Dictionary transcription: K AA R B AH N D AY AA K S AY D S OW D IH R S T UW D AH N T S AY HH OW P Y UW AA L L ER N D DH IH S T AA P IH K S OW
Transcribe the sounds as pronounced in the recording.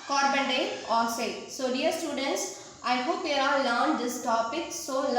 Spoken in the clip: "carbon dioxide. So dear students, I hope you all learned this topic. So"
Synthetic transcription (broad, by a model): K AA R B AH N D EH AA S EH S OW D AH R S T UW D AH N T S AY HH OW P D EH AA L L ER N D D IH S T AA P IH K S OW